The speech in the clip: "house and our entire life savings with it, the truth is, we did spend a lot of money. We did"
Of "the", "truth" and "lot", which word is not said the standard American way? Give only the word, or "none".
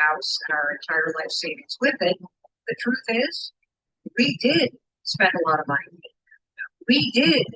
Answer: none